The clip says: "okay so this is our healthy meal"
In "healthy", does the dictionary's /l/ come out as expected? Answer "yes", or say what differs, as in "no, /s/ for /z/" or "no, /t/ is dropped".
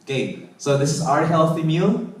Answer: yes